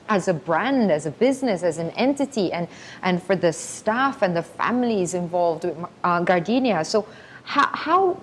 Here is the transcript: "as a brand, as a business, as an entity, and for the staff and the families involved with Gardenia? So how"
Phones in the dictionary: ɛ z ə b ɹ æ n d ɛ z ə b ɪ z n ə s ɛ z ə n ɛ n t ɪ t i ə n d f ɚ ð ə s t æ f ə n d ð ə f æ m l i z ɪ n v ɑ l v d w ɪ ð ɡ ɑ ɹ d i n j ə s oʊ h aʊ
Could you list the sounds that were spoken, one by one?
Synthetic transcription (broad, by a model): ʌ z ə b ɹ æ n d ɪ z ə b ɪ z n ə s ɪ z ə n ɛ n t ɪ t i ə n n f ɚ ð ə s t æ f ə n ð ə f æ m l i z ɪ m v ɑ l v d w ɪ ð ɡ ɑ ɹ d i n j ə s oʊ h aʊ